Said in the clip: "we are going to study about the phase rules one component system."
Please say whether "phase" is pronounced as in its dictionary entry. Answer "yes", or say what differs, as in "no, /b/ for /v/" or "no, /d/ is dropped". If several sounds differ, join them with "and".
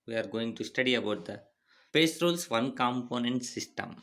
no, /p/ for /f/ and /s/ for /z/